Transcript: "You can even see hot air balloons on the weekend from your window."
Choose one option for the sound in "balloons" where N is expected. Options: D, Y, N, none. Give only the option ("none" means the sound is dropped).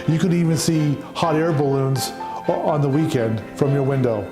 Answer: N